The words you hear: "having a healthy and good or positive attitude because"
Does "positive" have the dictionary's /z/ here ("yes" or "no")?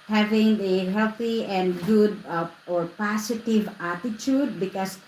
no